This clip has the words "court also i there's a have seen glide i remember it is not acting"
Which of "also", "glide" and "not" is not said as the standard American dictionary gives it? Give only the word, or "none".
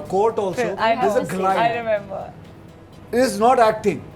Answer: glide